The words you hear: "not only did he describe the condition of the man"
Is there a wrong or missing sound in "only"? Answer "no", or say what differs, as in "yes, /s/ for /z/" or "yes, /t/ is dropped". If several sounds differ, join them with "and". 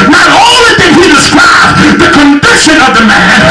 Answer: yes, /n/ is dropped